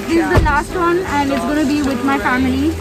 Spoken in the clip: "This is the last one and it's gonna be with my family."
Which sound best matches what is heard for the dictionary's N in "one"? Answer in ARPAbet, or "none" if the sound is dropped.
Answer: N